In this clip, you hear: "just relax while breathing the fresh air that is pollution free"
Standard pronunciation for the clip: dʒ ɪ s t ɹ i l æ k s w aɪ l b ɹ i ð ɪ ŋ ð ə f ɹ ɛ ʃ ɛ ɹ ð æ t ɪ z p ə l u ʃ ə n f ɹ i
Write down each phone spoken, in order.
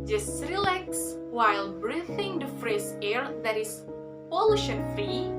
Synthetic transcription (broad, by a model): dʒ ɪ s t ɹ i l æ k s w aɪ l b ɹ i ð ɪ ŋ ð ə f ɹ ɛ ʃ ɛ ɹ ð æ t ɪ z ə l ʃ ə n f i